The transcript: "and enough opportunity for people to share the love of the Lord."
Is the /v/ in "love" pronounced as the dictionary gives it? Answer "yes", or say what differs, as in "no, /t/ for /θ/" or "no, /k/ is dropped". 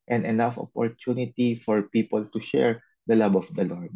no, /b/ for /v/